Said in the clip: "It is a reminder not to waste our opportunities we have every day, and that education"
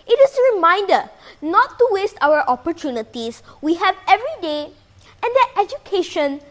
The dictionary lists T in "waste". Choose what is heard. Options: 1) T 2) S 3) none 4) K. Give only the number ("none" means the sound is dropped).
1